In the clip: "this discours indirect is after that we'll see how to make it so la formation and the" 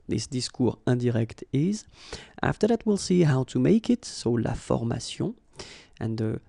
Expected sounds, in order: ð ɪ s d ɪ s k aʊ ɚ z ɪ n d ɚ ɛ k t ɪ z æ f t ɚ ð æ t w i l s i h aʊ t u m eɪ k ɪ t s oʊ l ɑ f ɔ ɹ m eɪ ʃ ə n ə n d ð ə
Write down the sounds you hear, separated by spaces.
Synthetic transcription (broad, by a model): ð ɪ s d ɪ s k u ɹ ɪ d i ɛ k t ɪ z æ f t ɚ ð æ t w i l s i h aʊ t u m eɪ k ɪ t s oʊ l ɑ f ɔ ɹ m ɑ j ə ə n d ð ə